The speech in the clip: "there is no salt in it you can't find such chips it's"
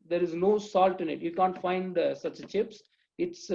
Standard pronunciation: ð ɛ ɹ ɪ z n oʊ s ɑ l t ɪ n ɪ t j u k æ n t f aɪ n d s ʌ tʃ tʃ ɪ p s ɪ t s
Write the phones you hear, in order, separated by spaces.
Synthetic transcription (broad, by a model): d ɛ ɹ ɪ z n oʊ s ɑ l t ɪ n ɪ t j u k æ n t f aɪ n d s ʌ tʃ tʃ ɪ p s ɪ t s